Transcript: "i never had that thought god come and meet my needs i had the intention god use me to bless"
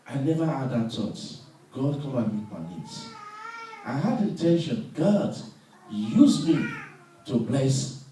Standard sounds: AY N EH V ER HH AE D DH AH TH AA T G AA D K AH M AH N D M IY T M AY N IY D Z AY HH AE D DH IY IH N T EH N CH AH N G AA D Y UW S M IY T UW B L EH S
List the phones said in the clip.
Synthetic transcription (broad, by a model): AY N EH V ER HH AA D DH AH T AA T G AA D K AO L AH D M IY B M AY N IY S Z AY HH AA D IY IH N T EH N SH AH N G AA D Y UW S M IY T UW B L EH S